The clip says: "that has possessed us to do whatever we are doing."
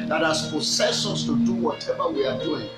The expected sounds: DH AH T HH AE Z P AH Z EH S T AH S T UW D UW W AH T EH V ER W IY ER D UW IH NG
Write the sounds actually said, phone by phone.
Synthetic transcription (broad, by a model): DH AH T HH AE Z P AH S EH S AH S T UW D UW W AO T EH V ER W IY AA D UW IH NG